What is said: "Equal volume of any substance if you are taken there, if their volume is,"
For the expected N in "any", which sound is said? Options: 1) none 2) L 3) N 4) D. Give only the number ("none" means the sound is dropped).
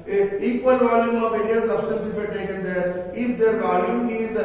2